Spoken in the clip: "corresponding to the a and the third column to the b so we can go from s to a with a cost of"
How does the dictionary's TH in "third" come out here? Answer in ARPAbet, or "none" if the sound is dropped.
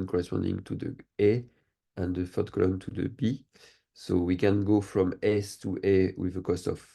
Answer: F